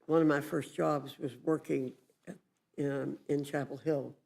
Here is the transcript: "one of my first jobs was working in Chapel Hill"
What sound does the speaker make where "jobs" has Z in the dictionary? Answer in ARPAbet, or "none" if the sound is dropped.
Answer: Z